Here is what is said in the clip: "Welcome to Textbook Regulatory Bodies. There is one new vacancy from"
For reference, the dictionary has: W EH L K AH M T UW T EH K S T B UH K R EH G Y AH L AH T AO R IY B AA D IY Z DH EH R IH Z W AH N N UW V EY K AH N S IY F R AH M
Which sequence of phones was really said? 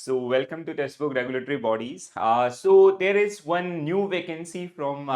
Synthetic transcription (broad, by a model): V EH L K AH M T UW T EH S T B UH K R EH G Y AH L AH T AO R IY B AA D IY Z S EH R IH Z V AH N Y UW V EY K AH N S IY F R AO M